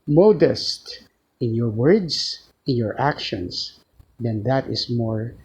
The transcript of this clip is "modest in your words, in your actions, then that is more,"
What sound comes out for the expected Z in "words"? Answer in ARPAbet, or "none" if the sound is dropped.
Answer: S